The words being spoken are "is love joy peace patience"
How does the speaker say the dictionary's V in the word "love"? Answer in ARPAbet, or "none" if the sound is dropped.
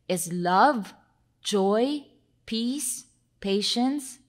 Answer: V